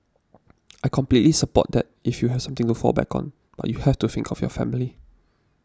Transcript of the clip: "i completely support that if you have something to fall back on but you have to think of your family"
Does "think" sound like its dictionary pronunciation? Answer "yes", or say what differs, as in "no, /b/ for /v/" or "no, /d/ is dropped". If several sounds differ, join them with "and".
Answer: yes